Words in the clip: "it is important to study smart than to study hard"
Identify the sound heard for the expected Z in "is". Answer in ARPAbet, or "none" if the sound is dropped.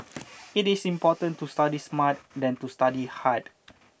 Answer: S